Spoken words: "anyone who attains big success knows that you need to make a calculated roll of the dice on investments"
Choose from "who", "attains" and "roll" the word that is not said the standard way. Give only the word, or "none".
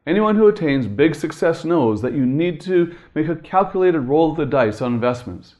none